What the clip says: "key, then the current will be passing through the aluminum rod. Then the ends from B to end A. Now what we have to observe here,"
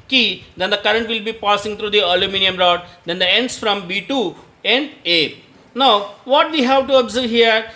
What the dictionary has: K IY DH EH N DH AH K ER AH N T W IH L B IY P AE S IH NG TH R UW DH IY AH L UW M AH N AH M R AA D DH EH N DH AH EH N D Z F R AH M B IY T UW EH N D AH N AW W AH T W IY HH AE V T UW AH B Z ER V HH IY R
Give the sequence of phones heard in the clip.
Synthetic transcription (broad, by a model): K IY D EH N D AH K ER AH N T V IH L B IY P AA S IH NG T R UW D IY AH L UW M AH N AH M R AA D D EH N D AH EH N D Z F R AH M B IY T UW EH N D AH N AW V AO T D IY HH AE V T UW AH B Z ER V HH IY R